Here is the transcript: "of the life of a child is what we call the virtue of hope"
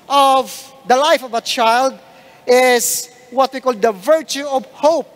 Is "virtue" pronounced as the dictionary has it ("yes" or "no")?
yes